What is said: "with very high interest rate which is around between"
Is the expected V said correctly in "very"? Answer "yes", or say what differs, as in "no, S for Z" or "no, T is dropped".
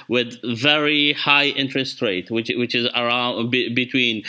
yes